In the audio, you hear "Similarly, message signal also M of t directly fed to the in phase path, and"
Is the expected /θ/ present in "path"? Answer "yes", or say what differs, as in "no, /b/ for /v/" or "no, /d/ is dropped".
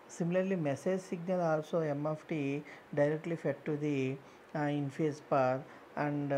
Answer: no, /t/ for /θ/